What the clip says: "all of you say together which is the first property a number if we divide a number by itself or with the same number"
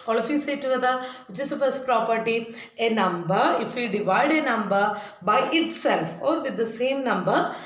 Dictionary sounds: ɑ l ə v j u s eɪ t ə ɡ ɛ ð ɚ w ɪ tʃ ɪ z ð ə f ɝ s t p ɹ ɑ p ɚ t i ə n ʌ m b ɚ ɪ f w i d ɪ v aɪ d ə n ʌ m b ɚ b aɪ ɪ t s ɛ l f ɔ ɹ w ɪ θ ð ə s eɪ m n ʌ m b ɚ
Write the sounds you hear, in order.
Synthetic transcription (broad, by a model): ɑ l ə f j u s eɪ t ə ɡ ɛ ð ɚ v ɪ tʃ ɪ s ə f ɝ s p ɹ ɑ p ɚ t i ə n ʌ m b ɚ ɪ f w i d ɪ v aɪ d ə n ʌ m b ɚ b aɪ ɪ t s ɛ l f ɔ ɹ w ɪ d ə s eɪ m n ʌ m b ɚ